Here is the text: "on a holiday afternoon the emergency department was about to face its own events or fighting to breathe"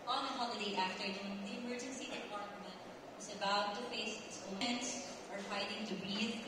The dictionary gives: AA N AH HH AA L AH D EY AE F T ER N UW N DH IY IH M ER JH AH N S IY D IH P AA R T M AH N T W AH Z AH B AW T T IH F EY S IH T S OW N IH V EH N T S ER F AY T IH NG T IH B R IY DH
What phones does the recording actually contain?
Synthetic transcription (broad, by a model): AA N AH HH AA L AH D EY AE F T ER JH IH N DH IY IH M ER JH AH N S IY D IH P AA R T M AH N T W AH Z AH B AW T T IH F EY S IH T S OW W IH EH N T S ER F AY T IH NG T IH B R IY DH